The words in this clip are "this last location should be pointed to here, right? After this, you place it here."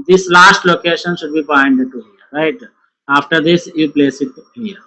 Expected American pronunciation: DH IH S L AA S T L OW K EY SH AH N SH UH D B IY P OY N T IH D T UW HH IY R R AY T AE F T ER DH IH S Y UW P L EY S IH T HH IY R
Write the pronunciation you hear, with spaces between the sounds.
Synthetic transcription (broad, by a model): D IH S L AA S T L OW K EY SH AH N SH UH D B IY B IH N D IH T UW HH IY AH R AY T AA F T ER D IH S Y UW P L EY S IH T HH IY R